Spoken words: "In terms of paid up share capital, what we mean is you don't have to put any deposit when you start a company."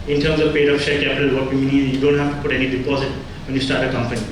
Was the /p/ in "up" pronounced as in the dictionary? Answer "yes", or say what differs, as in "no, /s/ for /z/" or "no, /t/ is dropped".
no, /f/ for /p/